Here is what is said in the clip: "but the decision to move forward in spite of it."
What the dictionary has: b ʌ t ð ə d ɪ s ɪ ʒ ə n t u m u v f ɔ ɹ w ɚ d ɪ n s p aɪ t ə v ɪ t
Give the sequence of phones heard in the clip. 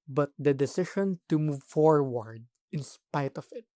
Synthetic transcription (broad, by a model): b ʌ t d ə d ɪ s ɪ ʃ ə n t u m u v f ɔ ɹ w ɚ d ɪ n s p aɪ t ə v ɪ t